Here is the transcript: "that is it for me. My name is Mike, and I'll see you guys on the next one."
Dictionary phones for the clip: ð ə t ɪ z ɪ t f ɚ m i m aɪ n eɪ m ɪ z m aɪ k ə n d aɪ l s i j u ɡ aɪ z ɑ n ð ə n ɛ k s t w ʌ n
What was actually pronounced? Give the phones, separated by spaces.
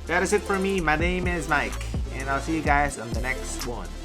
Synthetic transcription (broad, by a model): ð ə t ɪ z ɪ t f ɚ m i m aɪ n eɪ m ɪ z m aɪ k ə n aɪ l s i j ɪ ɡ aɪ z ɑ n ð ə n ɛ k s t w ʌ n